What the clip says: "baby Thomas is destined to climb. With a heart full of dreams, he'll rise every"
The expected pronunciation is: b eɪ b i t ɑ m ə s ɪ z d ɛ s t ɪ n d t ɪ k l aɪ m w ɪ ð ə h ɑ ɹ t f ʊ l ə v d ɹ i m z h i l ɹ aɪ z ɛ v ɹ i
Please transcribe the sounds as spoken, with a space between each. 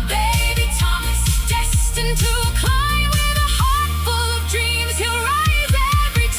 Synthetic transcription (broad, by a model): b eɪ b i t ɑ m ə s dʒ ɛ s t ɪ n t ɪ k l aɪ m w ɪ ð ə h ɑ ɹ t f ʊ l ə v d ɹ i m z h i l ɹ aɪ z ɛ v ɹ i